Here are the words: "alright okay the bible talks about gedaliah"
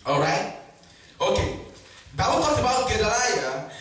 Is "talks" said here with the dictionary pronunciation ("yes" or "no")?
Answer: no